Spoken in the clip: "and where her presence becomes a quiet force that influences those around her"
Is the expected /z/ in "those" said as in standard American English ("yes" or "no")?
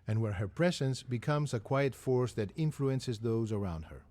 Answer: yes